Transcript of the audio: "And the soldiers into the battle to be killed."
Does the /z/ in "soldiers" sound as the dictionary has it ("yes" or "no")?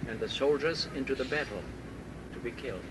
yes